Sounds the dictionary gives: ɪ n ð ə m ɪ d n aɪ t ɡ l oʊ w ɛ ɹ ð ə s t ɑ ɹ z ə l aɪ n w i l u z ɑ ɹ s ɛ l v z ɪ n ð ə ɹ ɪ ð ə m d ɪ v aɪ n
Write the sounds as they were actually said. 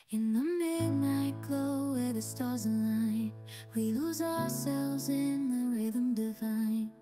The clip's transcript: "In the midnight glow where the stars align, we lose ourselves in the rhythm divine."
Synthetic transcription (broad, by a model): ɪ n ð ə m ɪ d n aɪ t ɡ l oʊ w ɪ ð ə s t ɑ ɹ z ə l aɪ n w i l u z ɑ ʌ s ɛ l v z ɪ n ð ə ɹ ɪ ð ə m d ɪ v aɪ n